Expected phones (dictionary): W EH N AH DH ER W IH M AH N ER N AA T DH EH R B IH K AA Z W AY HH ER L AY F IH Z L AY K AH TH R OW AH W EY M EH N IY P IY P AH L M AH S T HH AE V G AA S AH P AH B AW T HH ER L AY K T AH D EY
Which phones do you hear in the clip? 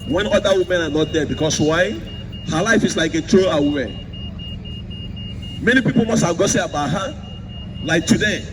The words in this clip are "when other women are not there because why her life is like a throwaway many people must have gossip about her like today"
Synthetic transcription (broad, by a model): W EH N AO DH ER W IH M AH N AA N AA T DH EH B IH K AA S W AY HH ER L AY F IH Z L AY K AH T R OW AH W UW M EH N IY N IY P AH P M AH S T HH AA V G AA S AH AH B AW HH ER L AY K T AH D EY